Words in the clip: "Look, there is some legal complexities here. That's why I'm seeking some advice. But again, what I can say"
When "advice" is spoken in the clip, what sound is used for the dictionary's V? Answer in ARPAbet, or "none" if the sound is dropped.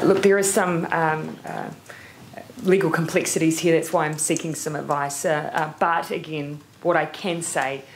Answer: V